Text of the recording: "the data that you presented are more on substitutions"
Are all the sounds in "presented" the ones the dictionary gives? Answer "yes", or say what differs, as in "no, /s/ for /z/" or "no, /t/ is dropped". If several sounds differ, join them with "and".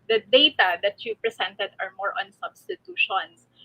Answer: no, /s/ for /z/